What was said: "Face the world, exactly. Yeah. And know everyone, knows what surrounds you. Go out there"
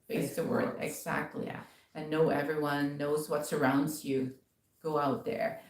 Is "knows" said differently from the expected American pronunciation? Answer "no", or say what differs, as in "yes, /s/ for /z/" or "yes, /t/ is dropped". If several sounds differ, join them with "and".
no